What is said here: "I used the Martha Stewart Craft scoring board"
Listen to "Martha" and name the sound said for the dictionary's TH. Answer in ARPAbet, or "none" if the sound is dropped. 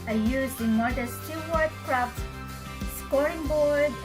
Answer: T